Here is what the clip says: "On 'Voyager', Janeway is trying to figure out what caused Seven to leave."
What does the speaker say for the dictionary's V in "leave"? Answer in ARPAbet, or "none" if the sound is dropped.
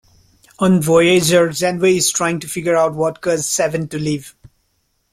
V